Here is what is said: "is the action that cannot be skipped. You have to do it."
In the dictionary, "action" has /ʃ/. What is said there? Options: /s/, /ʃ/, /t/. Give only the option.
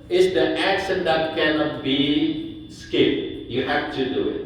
/s/